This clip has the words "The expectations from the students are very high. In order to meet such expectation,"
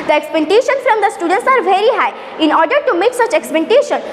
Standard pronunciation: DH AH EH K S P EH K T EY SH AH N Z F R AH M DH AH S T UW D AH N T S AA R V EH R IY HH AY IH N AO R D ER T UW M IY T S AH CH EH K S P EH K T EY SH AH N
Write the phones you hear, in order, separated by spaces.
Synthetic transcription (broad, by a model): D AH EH K S P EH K T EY SH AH N F R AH M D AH S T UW D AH N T S AA R V EH R IY HH AY IH N AO R D ER T UW M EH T S AH CH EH K S P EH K T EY SH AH N